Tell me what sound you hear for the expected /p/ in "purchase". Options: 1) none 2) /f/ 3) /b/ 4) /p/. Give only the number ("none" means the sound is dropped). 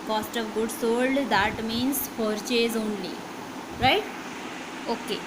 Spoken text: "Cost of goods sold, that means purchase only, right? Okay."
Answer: 2